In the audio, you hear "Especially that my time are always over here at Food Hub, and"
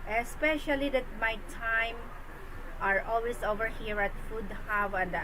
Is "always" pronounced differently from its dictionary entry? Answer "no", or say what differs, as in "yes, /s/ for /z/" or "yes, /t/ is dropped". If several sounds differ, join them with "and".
yes, /s/ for /z/